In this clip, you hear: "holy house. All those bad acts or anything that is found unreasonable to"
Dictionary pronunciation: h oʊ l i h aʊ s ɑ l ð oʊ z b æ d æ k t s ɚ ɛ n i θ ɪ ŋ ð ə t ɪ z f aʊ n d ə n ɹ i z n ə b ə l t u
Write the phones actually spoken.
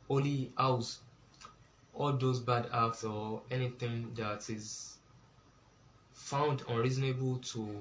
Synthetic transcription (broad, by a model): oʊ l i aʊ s ɑ l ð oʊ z b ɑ d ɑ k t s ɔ ɛ n i θ ɪ ŋ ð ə t ɪ z f aʊ n d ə n ɹ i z n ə b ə l t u